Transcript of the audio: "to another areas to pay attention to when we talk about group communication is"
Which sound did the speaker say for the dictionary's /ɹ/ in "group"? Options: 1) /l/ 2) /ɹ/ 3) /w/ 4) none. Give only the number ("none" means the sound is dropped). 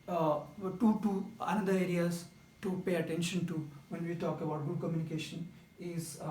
4